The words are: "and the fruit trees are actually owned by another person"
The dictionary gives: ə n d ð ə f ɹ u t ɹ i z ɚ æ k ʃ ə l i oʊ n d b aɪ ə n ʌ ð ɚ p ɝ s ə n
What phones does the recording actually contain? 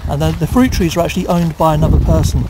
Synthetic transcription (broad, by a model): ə n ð ð ə f ɹ u t ɹ i z ɚ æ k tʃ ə l i oʊ n b aɪ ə n ʌ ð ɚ p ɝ s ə n